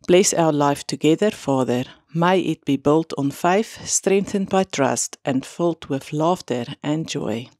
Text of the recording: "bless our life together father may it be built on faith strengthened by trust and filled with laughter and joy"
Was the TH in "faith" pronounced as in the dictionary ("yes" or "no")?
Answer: yes